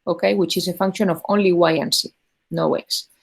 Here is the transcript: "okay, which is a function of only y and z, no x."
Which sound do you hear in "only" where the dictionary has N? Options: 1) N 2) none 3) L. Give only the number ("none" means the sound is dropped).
1